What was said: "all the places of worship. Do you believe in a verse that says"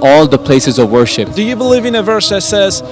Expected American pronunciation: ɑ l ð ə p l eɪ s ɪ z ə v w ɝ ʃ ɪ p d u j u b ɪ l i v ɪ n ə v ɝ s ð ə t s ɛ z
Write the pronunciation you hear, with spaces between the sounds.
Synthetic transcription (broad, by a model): ɑ l ð ə p l eɪ s ɪ z ə v w ɝ ʃ ɪ p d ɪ j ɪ b ɪ l i v ɪ n ə v ɝ s ð ə t s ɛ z